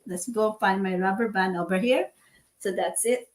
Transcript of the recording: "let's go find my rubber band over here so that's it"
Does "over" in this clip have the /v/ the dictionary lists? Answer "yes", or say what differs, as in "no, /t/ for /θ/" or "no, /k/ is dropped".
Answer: yes